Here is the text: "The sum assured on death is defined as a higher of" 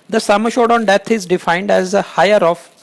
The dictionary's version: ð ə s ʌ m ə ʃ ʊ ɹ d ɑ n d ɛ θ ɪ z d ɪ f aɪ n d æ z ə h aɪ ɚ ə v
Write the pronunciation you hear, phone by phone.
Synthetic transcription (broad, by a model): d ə s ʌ m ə ʃ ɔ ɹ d ɑ n d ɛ t ɪ z d ɪ f aɪ n d æ z ə h aɪ ɚ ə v